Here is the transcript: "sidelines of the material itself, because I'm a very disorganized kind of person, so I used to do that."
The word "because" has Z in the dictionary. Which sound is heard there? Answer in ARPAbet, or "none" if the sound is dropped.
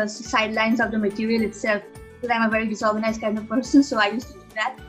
none